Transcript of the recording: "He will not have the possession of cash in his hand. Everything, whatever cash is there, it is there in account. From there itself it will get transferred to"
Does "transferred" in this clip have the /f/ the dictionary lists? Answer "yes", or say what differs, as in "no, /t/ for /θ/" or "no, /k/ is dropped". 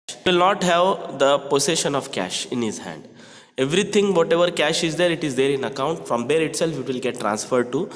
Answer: yes